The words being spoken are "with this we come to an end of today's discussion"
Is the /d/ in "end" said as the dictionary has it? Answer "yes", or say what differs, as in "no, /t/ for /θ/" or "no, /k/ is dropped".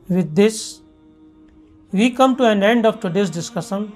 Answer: yes